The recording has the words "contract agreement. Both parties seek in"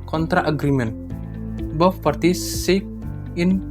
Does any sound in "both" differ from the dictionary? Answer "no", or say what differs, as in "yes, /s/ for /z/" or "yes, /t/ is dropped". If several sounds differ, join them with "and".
yes, /f/ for /θ/